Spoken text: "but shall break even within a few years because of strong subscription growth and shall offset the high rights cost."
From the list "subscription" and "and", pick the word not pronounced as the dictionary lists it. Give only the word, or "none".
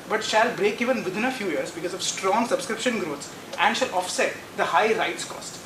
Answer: none